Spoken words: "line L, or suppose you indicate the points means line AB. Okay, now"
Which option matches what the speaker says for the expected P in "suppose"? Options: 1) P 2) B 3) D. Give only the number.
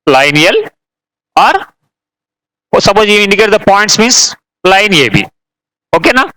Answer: 2